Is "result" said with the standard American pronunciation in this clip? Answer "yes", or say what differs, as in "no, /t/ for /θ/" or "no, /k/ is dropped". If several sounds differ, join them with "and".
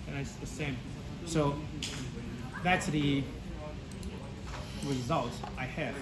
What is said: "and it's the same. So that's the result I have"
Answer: yes